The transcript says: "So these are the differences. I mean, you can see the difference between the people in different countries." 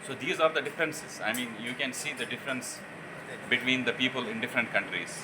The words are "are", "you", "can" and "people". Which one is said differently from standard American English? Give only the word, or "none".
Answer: none